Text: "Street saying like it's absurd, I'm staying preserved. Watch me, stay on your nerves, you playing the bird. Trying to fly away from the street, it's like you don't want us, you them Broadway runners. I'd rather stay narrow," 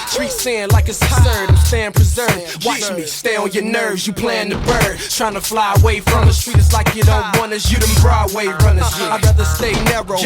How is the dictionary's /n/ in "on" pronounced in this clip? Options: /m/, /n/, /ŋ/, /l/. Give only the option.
/l/